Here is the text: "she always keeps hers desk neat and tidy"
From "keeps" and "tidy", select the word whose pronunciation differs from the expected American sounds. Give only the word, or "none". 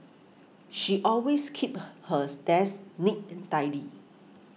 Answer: keeps